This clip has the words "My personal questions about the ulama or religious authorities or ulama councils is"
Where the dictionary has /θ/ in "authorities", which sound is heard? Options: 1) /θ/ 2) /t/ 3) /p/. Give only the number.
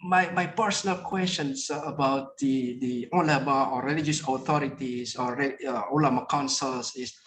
2